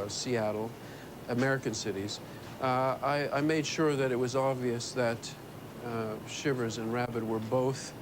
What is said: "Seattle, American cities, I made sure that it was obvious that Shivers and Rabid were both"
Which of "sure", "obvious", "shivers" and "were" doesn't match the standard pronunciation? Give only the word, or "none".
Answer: none